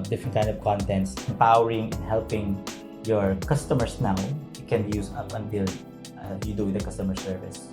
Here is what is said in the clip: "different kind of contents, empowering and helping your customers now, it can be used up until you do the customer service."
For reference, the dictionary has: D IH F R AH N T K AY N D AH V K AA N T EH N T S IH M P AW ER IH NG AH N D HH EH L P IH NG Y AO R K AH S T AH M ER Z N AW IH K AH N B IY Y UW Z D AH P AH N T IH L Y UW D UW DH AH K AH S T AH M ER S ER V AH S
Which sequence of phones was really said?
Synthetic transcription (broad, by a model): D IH F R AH N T K AY N D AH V K AA N T EH N T S IH M P AW ER IH NG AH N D HH EH L P IH NG Y AO R K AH S T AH M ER S N AW IH K AH N B IY Y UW S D AH P AH N T IH L Y UW D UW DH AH K AH S T AH M ER S ER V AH S